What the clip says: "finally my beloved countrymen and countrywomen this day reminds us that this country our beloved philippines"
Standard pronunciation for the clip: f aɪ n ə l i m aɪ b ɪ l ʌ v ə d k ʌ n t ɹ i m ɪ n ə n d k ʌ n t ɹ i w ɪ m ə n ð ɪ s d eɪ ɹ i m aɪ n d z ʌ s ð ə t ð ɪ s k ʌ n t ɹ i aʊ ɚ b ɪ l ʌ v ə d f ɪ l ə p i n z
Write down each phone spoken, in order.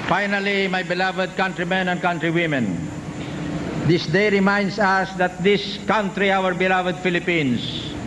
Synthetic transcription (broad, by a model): f aɪ n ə l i m aɪ b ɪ l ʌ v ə d k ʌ n t ɹ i m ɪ n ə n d k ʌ n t ɹ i w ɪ m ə n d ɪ s d eɪ ɹ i m aɪ n d s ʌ s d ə t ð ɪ s k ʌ n t ɹ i aʊ ɚ b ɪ l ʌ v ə d f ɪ l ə p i n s